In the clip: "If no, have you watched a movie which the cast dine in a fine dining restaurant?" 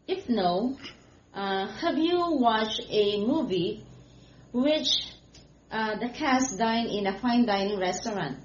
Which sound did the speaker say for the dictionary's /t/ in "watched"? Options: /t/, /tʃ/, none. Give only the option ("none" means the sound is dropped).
none